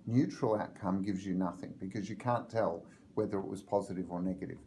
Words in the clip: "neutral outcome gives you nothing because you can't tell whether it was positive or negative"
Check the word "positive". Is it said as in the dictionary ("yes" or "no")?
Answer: yes